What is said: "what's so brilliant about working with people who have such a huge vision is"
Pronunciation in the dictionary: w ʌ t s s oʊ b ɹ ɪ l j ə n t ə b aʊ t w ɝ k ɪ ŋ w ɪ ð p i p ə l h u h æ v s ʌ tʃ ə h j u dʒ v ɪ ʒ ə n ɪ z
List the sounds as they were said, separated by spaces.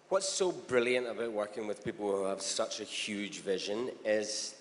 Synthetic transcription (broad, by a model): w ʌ t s s oʊ b ɹ ɪ l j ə n t ə b aʊ t w ɝ k ɪ ŋ w ɪ ð p i p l h u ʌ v s ʌ tʃ ə h j u dʒ v ɪ ʒ ə n ɪ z